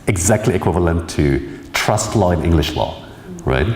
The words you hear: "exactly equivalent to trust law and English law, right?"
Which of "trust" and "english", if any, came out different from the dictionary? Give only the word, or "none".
none